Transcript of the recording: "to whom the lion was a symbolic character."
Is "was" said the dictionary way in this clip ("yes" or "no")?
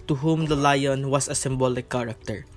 no